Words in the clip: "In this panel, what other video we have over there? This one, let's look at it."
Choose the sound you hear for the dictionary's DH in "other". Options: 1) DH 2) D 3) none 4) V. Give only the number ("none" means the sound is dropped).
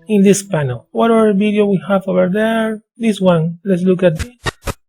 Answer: 3